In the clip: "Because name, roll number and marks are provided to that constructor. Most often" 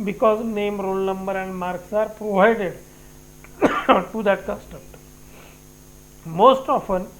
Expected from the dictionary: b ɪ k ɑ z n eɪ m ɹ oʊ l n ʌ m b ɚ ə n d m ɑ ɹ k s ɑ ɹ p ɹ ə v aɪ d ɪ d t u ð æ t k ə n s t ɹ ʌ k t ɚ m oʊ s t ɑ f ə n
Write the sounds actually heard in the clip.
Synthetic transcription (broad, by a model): b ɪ k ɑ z n eɪ m ɹ oʊ l n ʌ m b ɚ ə n d m ɑ ɹ k s ɑ ɹ p ɹ ə v aɪ d ɪ d t u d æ t k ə s t ʌ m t m oʊ s t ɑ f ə n